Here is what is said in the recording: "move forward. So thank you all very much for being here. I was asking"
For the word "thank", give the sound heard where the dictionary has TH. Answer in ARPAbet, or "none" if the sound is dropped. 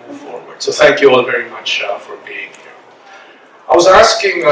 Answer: TH